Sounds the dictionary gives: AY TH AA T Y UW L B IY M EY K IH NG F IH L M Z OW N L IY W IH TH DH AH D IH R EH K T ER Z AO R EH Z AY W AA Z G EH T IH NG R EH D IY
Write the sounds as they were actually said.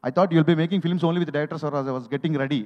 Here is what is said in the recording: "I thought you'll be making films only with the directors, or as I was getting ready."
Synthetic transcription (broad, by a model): AY T AA T Y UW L B IY M EY K IH NG F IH L M S OW N L IY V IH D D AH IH R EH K T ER S AO R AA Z AY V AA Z G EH T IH NG R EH D IY